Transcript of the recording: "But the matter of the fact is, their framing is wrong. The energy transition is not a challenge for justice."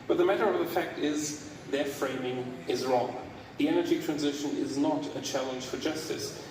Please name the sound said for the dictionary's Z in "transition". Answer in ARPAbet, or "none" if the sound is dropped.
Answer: Z